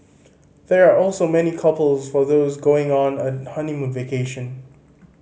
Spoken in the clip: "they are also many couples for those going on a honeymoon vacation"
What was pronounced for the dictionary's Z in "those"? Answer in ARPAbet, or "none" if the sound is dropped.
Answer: Z